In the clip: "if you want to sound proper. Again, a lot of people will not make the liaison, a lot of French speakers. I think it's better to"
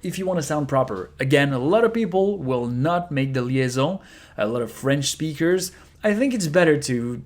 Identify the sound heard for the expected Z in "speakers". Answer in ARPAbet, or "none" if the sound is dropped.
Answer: Z